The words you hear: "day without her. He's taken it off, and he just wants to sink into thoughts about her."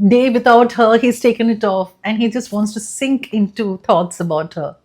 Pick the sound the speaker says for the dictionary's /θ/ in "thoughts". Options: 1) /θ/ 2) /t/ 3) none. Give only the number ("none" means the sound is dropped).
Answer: 2